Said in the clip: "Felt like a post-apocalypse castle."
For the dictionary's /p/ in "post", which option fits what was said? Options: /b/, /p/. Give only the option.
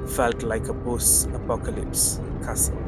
/b/